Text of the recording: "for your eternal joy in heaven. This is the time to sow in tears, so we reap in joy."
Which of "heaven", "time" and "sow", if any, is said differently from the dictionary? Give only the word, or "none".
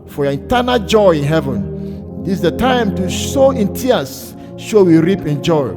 sow